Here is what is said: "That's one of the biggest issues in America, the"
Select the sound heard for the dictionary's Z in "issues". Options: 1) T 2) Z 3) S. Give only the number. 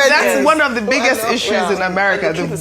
2